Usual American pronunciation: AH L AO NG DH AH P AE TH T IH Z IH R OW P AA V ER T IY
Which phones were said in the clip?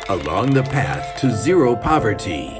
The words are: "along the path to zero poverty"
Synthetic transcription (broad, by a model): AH L AO NG DH AH P AE TH T IH Z IH R OW P AA V ER T IY